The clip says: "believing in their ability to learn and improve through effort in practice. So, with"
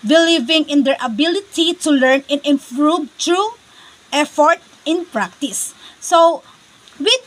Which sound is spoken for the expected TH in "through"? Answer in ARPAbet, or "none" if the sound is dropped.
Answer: T